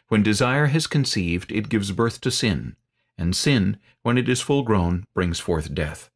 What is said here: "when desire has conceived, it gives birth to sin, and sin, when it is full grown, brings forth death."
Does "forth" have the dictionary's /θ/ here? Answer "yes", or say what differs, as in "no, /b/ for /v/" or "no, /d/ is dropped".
yes